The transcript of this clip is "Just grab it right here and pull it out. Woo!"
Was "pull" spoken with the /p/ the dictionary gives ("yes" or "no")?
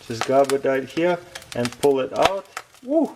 yes